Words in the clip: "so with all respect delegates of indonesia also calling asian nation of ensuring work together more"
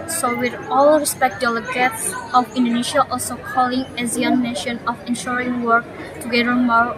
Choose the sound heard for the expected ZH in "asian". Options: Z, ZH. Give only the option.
Z